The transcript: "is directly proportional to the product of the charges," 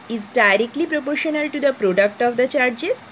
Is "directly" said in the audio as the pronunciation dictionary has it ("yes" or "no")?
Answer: yes